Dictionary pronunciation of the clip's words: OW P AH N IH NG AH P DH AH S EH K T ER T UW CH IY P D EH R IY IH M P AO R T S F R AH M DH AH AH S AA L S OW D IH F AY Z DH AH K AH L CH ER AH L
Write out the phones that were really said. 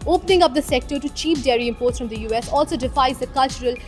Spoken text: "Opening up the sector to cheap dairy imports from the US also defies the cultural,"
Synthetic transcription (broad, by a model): OW P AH N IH NG AH P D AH S EH K T ER T UW CH IY P D EH R IY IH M P AO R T S F R AH M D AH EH S AA L S OW D IH F AY Z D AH K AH L CH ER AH L